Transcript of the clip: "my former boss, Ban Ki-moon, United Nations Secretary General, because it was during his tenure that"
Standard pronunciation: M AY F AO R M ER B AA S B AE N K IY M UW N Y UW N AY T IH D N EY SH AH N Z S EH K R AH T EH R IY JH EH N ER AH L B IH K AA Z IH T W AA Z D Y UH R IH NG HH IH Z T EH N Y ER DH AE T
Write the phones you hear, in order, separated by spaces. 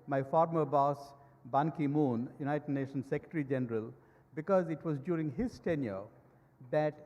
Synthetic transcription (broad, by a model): M AY F AO R M ER B AA S B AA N K IY M UW N Y UW N AY T IH D N EY SH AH N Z S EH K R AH T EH R IY JH EH N ER AH L B IH K AA Z IH T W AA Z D Y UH R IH NG HH IH Z T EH N Y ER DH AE T